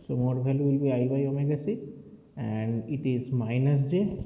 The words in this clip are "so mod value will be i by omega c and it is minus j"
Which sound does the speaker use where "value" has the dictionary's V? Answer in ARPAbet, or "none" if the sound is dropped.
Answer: B